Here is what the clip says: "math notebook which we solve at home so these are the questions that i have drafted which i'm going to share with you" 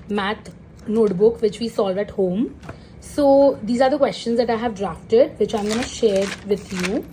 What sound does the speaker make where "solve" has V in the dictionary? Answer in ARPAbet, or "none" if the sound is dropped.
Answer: V